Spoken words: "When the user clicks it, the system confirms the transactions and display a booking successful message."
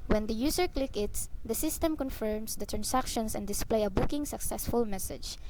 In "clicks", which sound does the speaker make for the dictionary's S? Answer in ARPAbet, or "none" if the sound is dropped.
none